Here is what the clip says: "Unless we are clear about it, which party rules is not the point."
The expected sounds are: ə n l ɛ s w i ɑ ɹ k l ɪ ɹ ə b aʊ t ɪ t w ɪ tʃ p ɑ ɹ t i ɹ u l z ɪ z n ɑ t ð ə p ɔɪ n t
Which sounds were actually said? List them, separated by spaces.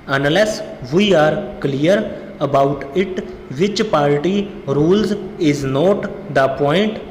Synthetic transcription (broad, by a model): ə n l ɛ s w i ɑ ɹ k l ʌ ɹ ə b aʊ t ɪ t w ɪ tʃ p ɑ ɹ t i ɹ u l z ɪ z n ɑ t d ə p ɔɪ n t